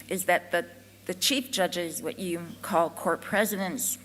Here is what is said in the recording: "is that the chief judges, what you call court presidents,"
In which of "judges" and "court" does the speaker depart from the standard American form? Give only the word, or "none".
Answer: none